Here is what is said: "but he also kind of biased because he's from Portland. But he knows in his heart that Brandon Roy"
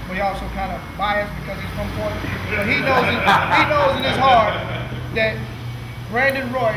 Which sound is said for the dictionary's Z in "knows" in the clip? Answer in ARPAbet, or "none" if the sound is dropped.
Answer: Z